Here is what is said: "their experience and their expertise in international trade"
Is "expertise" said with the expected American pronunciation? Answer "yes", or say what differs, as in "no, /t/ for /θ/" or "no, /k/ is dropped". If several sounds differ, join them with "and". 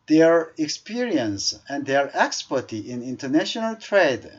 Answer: no, /z/ is dropped